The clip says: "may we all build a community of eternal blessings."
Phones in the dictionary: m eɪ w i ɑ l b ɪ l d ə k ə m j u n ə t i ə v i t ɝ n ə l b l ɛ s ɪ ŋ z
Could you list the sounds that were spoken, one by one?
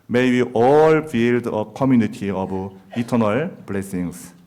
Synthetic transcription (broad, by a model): m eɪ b i ɑ l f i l d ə k ə m j u n ə t i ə b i t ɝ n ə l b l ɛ s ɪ ŋ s